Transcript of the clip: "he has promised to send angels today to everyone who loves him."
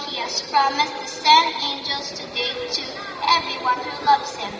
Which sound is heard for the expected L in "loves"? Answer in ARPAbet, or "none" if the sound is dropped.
L